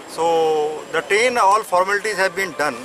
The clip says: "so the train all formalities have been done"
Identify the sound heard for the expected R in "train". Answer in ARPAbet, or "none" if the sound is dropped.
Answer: none